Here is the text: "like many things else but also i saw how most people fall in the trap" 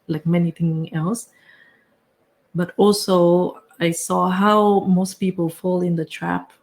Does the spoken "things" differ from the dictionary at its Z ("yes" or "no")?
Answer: yes